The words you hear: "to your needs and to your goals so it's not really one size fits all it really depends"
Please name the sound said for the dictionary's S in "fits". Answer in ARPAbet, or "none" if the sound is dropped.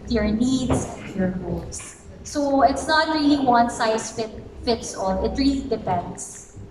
S